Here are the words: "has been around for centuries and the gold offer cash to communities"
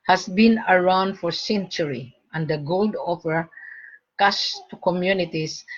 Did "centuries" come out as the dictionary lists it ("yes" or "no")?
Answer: no